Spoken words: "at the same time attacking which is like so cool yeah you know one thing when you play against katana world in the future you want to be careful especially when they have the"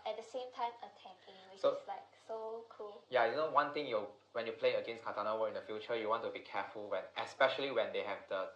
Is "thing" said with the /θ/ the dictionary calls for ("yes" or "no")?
no